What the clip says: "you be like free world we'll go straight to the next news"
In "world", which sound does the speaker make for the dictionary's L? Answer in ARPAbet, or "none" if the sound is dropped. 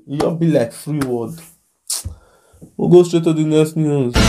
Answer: none